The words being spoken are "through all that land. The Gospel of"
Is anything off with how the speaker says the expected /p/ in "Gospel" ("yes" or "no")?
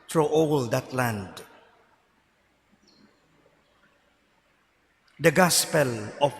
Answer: no